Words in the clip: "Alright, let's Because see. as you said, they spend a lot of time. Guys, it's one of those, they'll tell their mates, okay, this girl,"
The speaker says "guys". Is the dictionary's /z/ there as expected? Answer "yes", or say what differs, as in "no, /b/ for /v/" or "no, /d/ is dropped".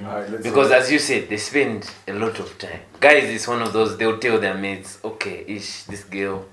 yes